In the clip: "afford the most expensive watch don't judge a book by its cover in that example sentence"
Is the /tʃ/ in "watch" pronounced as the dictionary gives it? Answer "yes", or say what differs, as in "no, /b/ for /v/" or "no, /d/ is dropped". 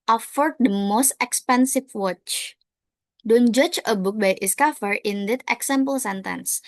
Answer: yes